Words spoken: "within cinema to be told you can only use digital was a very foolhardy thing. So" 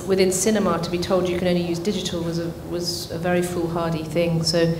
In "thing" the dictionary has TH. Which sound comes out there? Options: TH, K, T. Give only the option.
TH